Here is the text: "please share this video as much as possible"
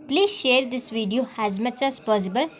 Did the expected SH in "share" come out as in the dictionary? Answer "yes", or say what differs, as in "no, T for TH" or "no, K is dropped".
yes